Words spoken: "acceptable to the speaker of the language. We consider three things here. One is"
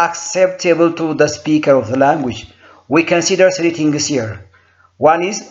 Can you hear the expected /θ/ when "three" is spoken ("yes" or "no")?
no